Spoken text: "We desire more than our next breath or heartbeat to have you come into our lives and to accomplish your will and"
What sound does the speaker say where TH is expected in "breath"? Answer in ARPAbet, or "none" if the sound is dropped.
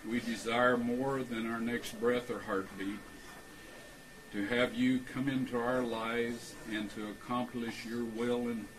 TH